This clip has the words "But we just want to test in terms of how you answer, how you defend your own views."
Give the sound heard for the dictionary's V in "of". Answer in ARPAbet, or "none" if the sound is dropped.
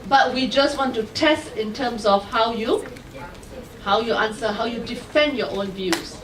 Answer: W